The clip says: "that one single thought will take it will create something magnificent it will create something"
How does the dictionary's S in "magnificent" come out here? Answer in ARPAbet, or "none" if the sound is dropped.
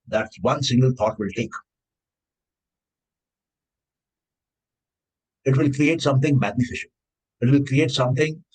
SH